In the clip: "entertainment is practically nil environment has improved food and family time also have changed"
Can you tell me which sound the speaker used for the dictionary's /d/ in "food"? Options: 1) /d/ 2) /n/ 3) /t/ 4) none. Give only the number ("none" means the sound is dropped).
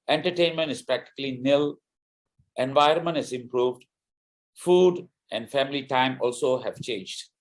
1